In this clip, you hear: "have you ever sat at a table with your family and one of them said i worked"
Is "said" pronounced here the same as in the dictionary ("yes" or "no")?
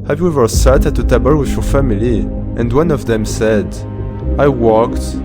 yes